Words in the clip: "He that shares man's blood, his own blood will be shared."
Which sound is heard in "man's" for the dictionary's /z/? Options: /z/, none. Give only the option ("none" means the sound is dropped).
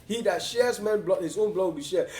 none